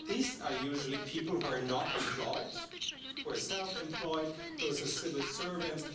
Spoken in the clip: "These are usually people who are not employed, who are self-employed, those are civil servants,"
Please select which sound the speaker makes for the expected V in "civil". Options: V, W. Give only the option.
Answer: W